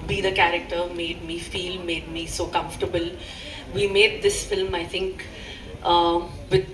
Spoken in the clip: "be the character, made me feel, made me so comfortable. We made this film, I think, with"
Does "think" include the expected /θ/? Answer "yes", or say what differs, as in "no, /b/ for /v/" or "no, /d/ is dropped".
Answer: no, /t/ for /θ/